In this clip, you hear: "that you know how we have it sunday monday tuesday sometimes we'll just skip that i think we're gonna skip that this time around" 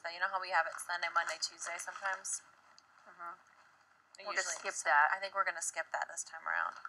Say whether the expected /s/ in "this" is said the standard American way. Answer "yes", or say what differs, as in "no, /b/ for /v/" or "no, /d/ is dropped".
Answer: yes